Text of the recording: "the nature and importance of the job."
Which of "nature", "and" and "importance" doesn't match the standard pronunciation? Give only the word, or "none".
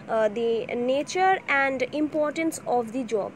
none